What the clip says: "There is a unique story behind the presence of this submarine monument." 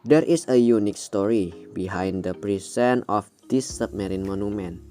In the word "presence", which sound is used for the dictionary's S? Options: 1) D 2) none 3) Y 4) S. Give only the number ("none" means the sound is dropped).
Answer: 2